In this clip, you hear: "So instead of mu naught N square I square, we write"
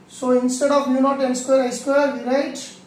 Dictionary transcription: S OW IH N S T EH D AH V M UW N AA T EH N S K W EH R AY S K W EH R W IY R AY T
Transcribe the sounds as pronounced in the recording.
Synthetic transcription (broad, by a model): S OW IH N S T EH D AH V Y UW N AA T EH N S K W EH R AY S K W EH R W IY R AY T